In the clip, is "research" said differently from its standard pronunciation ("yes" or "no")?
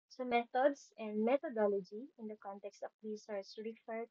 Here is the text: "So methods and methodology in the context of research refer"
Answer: yes